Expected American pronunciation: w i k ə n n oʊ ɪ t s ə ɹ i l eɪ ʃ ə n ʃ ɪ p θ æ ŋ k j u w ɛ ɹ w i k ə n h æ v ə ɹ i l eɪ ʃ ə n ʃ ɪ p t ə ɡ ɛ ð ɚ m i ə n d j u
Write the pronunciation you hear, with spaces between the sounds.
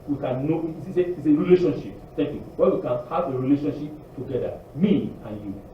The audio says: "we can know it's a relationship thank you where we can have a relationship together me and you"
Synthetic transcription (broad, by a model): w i k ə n n oʊ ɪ s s ə ɹ i l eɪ ʃ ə n ʃ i p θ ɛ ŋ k j u w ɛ w i k ə n h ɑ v ə ɹ i l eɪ ʃ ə n ʃ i p t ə ɡ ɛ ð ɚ m i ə n j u